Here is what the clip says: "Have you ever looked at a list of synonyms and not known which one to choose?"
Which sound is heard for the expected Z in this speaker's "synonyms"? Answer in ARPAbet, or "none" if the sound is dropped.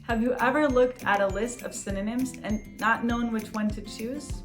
Z